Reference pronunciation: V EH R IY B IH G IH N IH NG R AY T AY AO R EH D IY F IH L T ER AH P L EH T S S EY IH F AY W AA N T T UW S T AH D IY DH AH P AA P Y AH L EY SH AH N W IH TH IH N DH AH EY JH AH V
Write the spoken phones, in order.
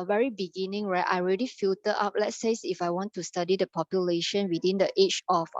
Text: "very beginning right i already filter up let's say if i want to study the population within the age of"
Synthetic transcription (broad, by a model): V EH R IY B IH G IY N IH NG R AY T AY R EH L IY F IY L T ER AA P L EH T S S IH F AY W AA N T T UW S T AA D IY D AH P AA P Y AH L EY SH AH N W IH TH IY N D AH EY CH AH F